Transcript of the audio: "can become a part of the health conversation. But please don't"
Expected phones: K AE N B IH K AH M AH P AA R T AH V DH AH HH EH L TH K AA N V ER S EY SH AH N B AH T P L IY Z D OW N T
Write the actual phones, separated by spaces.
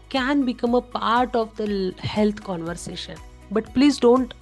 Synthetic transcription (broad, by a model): K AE N B IH K AH M AH P AA R T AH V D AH HH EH L T K AA N V ER S EY SH AH N B AH T P L IY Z D OW N T